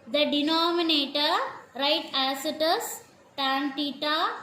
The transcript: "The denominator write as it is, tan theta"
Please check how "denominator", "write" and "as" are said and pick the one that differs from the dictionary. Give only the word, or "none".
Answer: as